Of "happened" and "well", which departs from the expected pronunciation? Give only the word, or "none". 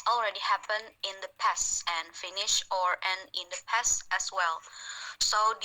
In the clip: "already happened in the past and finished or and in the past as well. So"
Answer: happened